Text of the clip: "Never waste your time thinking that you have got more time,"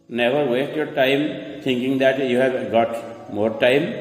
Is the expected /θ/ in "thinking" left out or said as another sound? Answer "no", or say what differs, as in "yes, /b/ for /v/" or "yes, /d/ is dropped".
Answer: yes, /t/ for /θ/